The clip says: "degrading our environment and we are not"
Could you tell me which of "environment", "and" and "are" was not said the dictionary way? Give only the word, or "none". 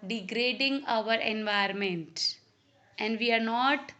environment